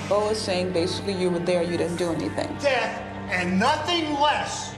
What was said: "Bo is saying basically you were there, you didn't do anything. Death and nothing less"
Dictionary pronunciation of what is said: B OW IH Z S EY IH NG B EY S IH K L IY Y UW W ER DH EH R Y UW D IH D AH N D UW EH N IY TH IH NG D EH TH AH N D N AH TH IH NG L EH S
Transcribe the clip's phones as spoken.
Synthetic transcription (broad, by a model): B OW IH Z S EY IH NG B EY S IH K L IY Y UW W ER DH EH R Y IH D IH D N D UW EH N IY TH IH NG D EH TH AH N N AH TH IH NG L EH S